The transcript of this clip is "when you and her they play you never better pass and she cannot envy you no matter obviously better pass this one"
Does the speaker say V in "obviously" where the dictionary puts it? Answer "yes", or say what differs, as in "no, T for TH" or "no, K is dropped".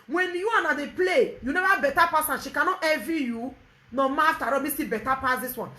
no, V is dropped